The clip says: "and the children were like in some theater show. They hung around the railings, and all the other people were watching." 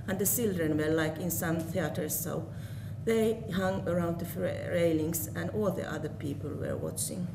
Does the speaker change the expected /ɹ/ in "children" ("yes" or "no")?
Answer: no